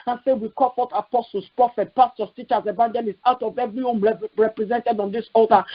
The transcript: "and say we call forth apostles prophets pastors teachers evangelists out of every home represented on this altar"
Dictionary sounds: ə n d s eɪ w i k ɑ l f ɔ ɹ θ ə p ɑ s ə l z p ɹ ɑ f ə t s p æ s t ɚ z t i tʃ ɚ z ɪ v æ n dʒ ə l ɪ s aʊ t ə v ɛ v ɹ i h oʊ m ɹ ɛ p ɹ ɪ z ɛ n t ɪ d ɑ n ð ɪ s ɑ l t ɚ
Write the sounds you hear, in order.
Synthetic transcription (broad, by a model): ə n s eɪ w i k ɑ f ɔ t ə p ɑ s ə l s p ɹ ɑ f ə t p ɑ s t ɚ s t i tʃ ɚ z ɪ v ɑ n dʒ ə l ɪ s aʊ t ə v ɛ v ɹ i h oʊ m ɹ ɛ p ɹ ɪ z ɛ n t ɪ d ɑ n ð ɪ s ɑ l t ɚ